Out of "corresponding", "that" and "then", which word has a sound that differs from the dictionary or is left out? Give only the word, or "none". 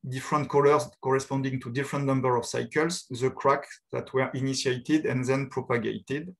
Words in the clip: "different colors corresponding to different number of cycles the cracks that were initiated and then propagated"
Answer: none